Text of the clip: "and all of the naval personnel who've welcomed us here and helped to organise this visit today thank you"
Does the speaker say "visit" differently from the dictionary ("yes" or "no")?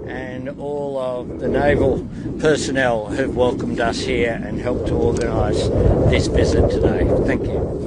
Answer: yes